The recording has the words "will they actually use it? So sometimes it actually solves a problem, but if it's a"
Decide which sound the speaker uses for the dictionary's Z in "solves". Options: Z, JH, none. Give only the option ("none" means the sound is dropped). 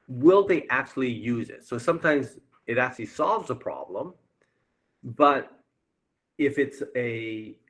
Z